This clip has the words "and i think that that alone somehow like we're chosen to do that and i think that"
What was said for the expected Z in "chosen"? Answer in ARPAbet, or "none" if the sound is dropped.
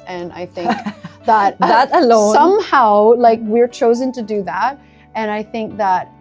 Z